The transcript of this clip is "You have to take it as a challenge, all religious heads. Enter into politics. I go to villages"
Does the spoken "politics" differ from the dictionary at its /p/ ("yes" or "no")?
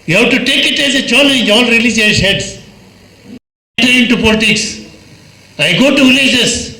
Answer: no